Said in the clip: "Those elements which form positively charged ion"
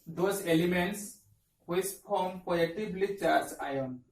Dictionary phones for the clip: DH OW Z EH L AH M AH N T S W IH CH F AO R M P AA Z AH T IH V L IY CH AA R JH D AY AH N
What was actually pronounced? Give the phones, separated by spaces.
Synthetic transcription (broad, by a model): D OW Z EH L AH M AH N T S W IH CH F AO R M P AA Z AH T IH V L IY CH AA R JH AY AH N